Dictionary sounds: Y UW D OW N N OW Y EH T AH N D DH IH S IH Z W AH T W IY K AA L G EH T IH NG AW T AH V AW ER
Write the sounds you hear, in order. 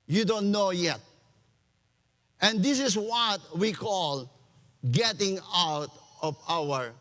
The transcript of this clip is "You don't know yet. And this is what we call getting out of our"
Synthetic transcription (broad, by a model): Y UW D OW N N OW Y EH T AH N D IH S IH S W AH T W IY K AA L G EH T IH NG AW T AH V AW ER